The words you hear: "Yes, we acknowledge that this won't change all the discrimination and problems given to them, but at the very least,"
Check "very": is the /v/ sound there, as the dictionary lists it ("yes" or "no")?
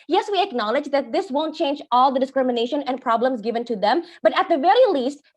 yes